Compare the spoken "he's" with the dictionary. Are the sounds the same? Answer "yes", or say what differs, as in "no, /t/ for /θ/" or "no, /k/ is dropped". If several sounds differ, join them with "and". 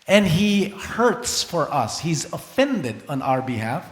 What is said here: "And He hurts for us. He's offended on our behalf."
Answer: yes